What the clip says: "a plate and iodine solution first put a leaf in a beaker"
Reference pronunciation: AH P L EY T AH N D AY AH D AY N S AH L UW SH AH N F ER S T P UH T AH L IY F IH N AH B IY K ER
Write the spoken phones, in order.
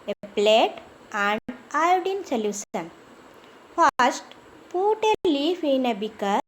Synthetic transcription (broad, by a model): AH P L EY T AH N D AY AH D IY N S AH L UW S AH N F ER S T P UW T AH L IY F IH N AH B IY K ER